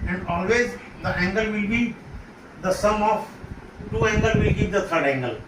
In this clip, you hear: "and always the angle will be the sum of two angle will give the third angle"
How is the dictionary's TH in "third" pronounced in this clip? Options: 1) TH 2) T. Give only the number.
2